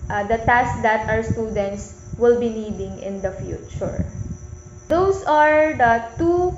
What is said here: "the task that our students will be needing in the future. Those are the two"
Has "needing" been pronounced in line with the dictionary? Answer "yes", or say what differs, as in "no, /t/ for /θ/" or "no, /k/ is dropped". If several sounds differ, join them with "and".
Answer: yes